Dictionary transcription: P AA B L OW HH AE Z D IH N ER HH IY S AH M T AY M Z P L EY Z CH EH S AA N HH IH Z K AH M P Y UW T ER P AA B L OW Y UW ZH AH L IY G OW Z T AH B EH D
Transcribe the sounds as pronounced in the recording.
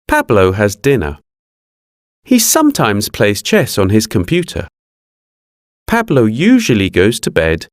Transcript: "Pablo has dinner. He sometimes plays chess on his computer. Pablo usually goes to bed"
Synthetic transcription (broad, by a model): P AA B L OW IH Z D IH N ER HH IY S AH M T AY M Z P L EY Z CH EH S N IH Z K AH M P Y UW T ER P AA B L OW Y UW ZH AH L IY G OW Z T AH B EH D